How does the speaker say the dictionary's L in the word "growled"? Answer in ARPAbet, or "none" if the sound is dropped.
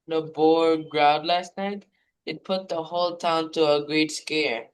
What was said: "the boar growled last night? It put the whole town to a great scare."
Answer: none